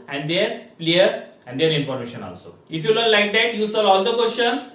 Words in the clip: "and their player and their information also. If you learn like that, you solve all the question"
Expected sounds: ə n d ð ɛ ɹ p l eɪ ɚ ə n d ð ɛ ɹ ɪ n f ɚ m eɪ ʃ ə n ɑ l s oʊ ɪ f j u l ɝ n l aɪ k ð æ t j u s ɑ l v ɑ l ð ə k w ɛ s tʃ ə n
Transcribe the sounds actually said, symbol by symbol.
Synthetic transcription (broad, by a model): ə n d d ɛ ɹ p l eɪ ɚ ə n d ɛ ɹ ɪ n p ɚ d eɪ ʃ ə n ɑ l s oʊ ɪ f j u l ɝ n l aɪ k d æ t j u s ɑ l ɑ l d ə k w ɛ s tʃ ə n